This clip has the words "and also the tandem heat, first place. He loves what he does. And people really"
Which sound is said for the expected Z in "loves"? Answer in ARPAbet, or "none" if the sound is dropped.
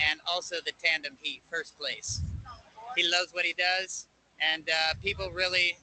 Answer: Z